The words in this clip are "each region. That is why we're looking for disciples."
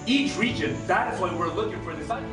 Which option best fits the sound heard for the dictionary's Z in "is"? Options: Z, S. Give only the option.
Z